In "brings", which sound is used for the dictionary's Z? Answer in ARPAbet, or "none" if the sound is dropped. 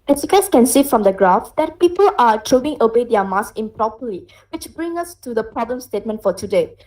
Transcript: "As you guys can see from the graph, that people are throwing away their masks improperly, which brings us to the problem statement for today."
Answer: none